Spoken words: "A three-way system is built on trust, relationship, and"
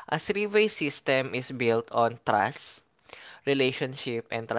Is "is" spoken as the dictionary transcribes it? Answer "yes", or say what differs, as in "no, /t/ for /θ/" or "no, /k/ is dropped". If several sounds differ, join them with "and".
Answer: no, /s/ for /z/